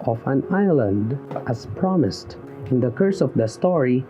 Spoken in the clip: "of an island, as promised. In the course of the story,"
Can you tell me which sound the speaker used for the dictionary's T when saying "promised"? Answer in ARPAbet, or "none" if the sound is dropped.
T